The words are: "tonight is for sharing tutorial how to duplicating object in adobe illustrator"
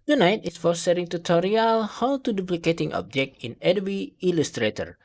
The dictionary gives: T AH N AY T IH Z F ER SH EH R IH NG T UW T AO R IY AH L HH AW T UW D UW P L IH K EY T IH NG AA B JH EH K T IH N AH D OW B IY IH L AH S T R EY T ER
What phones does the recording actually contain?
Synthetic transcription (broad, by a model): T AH N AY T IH S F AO S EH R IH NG T UW T AO R IY AH L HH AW T UW D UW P L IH K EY T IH NG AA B JH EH K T IH N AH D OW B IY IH L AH S T R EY T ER